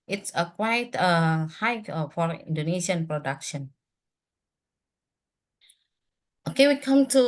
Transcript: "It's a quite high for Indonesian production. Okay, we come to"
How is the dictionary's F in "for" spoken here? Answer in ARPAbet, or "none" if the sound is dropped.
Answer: F